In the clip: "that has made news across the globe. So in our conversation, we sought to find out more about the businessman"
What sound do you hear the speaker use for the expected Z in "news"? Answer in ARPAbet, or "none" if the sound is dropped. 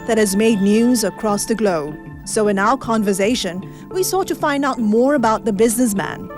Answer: Z